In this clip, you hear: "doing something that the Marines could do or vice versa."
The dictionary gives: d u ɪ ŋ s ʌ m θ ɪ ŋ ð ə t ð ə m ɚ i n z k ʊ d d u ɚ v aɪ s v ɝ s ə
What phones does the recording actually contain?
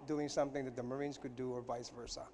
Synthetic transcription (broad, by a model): d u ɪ ŋ s ʌ m θ ɪ ŋ ð ə t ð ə m ɚ i n z k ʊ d d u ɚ v aɪ s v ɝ s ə